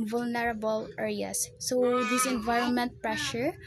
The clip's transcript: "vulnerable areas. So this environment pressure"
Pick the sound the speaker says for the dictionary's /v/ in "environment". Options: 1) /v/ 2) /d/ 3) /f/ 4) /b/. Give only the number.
1